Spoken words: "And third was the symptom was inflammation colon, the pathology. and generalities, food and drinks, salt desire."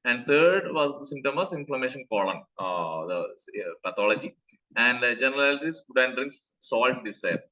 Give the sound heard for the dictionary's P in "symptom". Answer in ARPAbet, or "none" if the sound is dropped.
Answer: none